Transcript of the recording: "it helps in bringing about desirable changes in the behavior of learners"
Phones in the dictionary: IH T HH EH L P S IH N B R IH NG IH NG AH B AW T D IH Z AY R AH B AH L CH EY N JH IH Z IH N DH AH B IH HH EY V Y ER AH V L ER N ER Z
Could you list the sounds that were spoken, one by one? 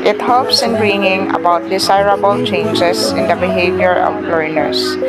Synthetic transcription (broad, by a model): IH T HH EH L P S IH N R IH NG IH NG AH B AW T D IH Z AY R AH B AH L CH EY N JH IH S IH N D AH B IH HH EY V Y ER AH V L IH N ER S